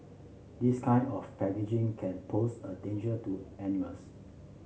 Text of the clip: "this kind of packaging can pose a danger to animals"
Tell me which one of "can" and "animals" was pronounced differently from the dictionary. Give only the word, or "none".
animals